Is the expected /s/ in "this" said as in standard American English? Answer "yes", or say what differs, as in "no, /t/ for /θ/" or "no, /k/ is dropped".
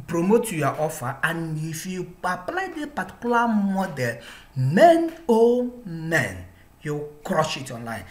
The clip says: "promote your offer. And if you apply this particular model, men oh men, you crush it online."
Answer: no, /s/ is dropped